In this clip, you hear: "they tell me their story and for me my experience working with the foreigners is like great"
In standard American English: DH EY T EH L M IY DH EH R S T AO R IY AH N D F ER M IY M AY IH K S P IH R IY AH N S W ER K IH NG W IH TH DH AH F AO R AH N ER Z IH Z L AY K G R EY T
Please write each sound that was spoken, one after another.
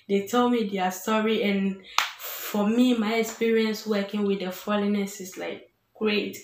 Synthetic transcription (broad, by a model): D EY T EH L M IY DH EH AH S T AO R IY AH N F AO M IY M AY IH K S P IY R IY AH N S W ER K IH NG W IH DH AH F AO L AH N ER S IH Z L AY K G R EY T